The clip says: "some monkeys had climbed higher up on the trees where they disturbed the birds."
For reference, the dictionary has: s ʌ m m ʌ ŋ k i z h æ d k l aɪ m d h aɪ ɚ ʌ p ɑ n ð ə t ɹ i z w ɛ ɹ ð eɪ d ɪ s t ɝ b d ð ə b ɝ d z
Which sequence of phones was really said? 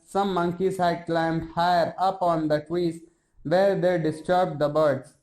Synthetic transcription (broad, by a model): s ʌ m m ʌ ŋ k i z h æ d k l aɪ m d h aɪ ɚ ʌ p ɑ n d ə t w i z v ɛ ɹ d eɪ d ɪ s t ɝ b d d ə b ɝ d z